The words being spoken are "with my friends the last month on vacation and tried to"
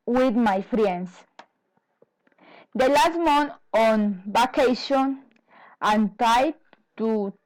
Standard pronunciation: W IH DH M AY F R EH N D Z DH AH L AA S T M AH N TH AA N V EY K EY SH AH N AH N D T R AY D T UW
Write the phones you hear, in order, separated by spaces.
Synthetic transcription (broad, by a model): W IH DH M AY F R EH N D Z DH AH L AA S T M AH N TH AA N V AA K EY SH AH N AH N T AY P T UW